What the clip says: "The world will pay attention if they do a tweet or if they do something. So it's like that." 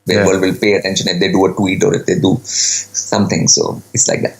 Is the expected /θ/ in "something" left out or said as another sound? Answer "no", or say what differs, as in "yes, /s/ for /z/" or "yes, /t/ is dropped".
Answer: yes, /t/ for /θ/